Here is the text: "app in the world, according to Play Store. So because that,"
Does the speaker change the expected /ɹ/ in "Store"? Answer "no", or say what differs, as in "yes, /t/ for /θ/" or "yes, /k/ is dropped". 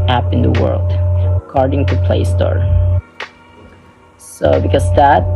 no